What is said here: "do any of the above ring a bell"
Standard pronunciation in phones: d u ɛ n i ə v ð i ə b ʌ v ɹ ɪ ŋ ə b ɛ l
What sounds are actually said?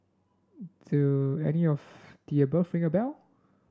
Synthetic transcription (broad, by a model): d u ɛ n i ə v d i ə b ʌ f ɹ ɪ ŋ ə b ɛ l